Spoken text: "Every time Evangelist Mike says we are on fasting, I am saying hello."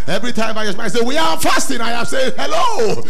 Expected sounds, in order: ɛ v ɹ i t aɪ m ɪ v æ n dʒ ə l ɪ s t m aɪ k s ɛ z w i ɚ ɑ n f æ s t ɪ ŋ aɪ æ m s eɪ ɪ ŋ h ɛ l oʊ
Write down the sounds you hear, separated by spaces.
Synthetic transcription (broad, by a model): ɛ v ɹ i t aɪ m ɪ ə ɪ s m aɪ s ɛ w i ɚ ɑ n f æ s t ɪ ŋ aɪ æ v s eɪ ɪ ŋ h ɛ l oʊ